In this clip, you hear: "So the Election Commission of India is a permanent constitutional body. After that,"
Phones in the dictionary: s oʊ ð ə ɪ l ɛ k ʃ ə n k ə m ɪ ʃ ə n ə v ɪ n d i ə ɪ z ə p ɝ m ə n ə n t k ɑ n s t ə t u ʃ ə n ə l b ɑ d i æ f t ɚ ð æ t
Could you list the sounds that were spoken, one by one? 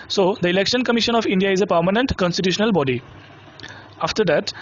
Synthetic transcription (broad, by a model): s oʊ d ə ɪ l ɛ k ʃ ə n k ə m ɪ ʃ ə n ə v ɪ n d i ə ɪ z ə p ɝ m ə n ə n t k ɑ n s t ə t u ʃ ə n ə l b ɑ d i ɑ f t ɚ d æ t